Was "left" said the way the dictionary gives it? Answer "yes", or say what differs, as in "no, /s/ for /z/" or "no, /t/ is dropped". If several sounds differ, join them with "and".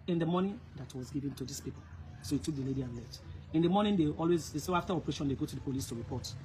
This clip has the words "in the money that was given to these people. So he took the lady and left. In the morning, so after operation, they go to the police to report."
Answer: no, /f/ is dropped